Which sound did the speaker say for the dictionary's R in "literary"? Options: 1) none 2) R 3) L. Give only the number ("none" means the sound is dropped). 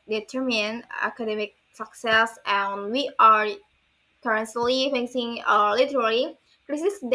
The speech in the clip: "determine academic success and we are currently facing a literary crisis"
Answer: 3